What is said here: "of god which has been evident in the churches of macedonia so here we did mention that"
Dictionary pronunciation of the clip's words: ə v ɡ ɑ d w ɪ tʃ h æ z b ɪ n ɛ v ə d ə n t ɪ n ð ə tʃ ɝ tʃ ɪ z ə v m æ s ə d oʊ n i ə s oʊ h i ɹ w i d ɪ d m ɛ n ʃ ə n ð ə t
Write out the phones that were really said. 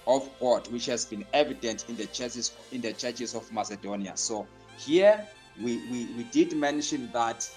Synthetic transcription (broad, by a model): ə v ɡ ɑ d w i tʃ h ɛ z b ɪ n ɛ v ə d ə n t ɪ n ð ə tʃ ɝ tʃ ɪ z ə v m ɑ s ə d oʊ n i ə s oʊ h i w w i d ɪ d m ɛ n ʃ ə n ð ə t